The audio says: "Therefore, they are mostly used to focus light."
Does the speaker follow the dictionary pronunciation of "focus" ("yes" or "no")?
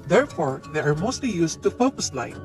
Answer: no